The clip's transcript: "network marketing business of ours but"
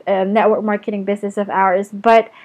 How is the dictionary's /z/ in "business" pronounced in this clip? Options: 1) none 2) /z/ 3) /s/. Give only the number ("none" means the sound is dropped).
2